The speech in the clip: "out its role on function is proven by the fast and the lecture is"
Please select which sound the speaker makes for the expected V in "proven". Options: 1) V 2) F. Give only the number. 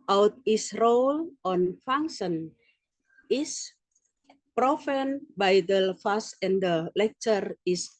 2